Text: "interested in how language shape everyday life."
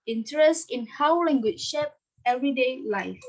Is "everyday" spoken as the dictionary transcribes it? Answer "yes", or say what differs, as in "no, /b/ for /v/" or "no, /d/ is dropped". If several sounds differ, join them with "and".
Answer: yes